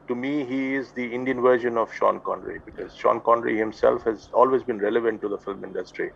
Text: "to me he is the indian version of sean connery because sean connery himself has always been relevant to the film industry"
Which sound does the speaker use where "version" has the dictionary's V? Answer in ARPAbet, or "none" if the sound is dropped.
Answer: V